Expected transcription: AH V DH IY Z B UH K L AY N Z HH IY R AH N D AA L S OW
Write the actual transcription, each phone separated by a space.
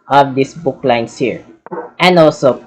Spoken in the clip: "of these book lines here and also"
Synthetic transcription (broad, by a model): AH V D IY S B UH K L AY N S HH IY R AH N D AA L S OW